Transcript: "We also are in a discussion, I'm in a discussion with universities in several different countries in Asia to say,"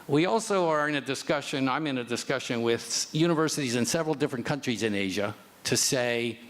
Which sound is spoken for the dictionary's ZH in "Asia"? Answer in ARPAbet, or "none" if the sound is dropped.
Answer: ZH